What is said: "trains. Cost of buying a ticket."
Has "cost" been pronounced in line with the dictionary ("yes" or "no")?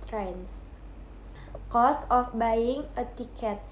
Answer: yes